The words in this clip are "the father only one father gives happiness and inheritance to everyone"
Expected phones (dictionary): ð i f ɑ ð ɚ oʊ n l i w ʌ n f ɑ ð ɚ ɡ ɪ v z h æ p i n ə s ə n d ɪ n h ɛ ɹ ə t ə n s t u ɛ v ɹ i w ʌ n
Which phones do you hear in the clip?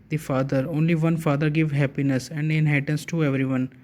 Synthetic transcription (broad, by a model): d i f ɑ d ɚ oʊ n l i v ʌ n f ɑ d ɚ ɡ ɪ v h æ p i n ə s ə n d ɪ n h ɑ ə t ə n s t u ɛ v ɹ i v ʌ n